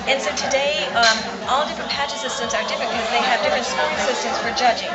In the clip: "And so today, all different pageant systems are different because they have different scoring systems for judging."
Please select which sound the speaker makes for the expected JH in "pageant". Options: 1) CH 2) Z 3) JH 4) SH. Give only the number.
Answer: 1